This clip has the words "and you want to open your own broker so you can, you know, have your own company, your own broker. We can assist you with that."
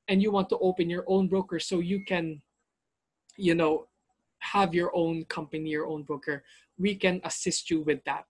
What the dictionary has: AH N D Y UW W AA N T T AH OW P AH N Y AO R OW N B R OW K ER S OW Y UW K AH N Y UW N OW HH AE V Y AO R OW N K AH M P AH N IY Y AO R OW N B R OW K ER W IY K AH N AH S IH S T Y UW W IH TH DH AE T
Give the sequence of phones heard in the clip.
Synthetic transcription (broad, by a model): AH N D Y UW W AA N T T AH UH P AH N Y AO R OW N B R OW K ER S OW Y UW K AH N Y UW N OW HH AE V Y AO R OW N K AH M P AH N IY Y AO R OW N B R OW K ER W IY K AH N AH S IH S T Y UW W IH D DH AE T